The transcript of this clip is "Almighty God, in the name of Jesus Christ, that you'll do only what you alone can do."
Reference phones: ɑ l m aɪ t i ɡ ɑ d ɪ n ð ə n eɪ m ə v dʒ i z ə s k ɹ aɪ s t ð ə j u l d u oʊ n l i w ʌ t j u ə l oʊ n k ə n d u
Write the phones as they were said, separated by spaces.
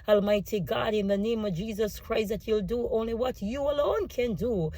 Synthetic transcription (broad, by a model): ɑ l m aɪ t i ɡ ɑ d ɪ n ð ə n eɪ m ə v dʒ i z ə s k ɹ aɪ s t ð ə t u l d u oʊ n l i w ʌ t j u ə l oʊ n k ə n d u